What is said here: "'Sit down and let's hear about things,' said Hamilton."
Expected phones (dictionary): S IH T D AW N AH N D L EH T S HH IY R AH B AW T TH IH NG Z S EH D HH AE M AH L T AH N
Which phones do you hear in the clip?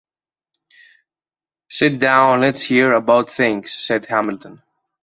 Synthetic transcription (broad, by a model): S IH T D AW AH N L EH T S HH IY R AH B AW T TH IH NG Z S EH D HH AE M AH L T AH N